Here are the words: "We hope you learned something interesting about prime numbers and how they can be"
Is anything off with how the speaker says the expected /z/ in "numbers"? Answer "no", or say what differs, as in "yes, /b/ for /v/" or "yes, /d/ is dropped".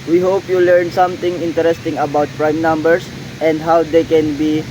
yes, /s/ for /z/